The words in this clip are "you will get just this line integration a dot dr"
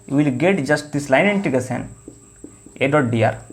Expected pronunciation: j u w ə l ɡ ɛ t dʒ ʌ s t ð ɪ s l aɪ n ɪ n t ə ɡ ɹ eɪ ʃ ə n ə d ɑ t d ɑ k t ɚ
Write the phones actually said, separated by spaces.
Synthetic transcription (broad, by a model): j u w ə l ɡ ɛ t dʒ ʌ s t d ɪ s l aɪ n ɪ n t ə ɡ eɪ s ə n ə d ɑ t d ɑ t